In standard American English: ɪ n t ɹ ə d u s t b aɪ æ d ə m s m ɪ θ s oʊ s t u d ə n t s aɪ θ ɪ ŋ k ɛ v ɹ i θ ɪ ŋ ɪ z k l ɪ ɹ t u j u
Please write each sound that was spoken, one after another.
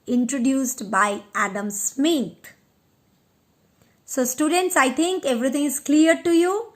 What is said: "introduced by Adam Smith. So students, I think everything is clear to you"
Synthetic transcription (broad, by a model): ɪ n t ɹ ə d u s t b aɪ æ d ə m s m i t s oʊ s t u d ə n t s aɪ t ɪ ŋ k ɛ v ɹ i t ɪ ŋ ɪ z k l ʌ ɹ t u j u